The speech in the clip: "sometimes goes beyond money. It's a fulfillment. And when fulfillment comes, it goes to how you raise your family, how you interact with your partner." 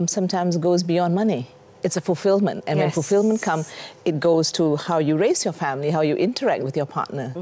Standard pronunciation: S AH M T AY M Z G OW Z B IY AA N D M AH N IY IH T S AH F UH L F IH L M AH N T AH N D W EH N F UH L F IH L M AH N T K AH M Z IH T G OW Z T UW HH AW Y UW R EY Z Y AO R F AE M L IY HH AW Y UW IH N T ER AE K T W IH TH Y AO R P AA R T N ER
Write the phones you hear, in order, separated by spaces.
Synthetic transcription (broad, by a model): S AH M T AY M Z G OW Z B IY AA N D M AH N IY IH T S AH F UH L F IH L M AH N T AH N W EH N F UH L F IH L M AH N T K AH M IH T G OW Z T UW HH AW Y UW R EY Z Y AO F AE M L IY HH AW Y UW IH N T ER AE K T W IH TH Y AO P AA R T N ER